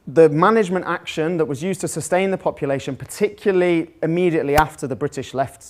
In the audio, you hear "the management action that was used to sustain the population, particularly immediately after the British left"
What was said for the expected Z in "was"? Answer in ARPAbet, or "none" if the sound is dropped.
Z